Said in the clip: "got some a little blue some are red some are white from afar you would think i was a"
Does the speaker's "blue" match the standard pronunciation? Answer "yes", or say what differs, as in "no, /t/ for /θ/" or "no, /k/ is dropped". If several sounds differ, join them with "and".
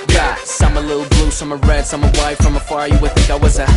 yes